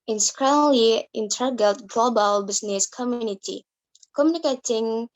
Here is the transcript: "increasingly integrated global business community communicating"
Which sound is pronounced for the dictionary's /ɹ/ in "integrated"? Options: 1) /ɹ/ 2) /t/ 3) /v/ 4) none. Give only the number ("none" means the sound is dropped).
4